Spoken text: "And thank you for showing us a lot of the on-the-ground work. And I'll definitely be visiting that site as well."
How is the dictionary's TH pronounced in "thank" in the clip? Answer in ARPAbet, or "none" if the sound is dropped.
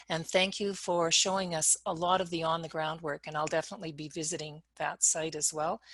TH